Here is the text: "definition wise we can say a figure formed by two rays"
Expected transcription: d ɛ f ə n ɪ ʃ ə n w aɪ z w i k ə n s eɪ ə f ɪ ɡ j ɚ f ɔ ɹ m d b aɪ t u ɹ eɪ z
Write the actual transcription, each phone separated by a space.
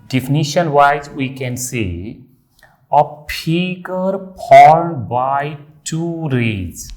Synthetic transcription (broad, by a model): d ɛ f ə n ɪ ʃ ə n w aɪ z w i k ə n s eɪ ə p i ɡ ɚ p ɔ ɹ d b aɪ t u ɹ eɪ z